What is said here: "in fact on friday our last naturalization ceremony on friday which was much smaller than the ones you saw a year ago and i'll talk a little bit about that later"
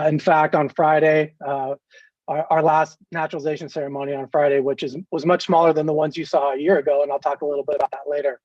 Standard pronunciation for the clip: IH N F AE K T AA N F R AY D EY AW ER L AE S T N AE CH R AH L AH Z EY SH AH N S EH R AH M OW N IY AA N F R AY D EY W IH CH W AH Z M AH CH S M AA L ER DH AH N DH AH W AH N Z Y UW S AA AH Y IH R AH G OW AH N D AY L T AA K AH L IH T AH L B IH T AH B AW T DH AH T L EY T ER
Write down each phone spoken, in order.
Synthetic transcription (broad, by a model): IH N F AE K T N F R AY D EY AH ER L AE S T N AE CH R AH L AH Z EY SH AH N S EH R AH M OW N IY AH N F R AY D EY W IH CH W AH Z M AH CH S M AA L ER DH AH N DH AH W AH N Z Y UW S AA AH Y IH R AH G OW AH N AY L T AA K AH L IH T L B IH T AH B AW T DH AH T L EY T ER